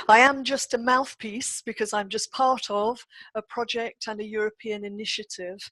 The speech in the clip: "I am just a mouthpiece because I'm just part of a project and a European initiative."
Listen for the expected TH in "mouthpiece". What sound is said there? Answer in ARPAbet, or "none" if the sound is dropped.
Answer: TH